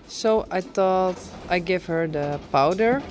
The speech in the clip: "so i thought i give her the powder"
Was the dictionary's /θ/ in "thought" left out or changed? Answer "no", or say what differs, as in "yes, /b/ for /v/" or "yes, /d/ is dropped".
yes, /t/ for /θ/